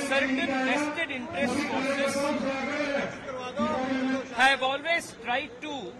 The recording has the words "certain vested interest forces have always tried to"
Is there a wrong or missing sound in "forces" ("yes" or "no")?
yes